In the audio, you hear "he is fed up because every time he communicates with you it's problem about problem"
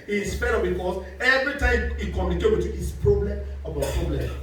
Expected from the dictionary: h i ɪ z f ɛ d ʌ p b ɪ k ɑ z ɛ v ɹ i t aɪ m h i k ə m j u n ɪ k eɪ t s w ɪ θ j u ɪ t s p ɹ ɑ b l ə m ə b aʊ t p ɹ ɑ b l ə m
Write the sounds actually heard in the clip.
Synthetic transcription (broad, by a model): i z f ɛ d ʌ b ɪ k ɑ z ɛ v ɹ i t aɪ m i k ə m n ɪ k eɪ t w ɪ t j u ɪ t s p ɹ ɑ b l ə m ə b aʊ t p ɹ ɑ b l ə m